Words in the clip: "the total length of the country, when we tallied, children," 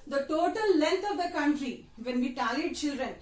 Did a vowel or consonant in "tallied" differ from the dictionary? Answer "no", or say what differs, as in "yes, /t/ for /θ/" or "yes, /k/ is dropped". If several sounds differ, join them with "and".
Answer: yes, /l/ is dropped